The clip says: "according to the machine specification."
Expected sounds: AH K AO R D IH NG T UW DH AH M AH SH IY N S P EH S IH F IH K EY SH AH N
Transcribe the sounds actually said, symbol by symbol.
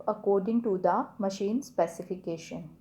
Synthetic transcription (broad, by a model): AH K AO R D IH NG T UW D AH M AH SH IY N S P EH S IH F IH K EY SH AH N